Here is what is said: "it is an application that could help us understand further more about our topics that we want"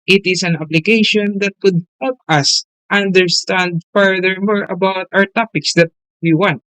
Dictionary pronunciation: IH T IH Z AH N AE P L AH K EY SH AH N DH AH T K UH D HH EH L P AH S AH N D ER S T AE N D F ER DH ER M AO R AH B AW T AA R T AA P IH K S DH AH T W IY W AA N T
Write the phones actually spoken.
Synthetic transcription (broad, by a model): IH T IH S AH N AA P L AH K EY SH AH N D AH T K UH D HH EH L P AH S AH N D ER S T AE N D F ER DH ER M AO R AH B AW T AA R T AA P IH K S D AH T W IY W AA N T